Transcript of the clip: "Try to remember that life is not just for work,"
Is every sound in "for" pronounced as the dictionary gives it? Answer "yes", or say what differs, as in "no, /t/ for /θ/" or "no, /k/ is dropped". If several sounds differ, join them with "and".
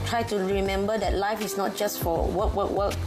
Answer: no, /w/ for /ɹ/